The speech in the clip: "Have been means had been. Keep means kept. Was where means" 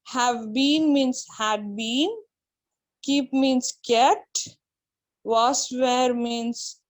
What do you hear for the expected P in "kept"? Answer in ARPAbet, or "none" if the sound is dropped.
none